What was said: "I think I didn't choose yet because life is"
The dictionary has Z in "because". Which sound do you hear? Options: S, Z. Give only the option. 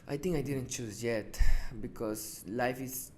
S